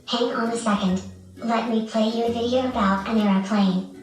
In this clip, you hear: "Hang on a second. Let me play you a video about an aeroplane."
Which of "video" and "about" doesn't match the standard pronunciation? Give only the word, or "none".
none